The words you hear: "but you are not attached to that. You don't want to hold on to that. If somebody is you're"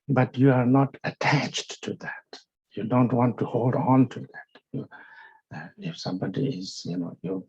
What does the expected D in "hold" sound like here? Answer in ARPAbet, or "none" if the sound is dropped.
D